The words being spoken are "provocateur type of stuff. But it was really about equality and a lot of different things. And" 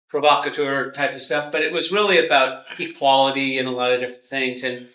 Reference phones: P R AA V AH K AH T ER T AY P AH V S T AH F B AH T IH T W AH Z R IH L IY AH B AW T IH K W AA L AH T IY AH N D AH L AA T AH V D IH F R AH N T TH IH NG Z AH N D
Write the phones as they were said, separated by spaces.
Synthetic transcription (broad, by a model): P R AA V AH K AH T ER T AY P AH V S T AH F B AH T IH T W AH Z R IH L IY AH B AW T IH K W AA L AH T IY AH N AH L AA T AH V D IH F R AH N TH IH NG Z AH N